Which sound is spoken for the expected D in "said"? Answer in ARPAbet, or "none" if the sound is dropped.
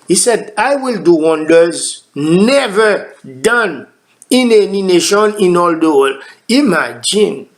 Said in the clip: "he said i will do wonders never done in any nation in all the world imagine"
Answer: D